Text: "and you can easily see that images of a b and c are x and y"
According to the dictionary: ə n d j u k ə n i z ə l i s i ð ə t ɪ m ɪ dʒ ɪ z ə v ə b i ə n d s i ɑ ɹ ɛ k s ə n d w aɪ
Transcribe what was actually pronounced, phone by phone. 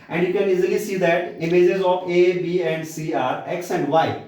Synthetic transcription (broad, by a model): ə n d j u k ə n i z ə l i s i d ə t ɪ m ɪ dʒ ɪ z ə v ə b i ə n d s i ɑ ɹ ɛ k s ə n d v aɪ